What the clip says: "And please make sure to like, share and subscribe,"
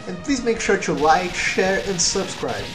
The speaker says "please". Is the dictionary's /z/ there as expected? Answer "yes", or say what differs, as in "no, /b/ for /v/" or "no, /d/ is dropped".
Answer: yes